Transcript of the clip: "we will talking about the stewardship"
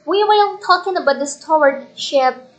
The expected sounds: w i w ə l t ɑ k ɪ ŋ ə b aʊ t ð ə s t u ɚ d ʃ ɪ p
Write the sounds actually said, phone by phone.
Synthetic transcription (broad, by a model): w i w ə n t ɑ k ɪ ŋ ə b aʊ t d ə s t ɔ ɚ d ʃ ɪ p